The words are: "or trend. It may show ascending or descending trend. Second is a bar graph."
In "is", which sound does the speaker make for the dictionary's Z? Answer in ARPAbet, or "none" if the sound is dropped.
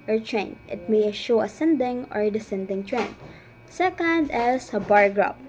S